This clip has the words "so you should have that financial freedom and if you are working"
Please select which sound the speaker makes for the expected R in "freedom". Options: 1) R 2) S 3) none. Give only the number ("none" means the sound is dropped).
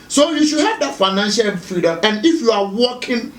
3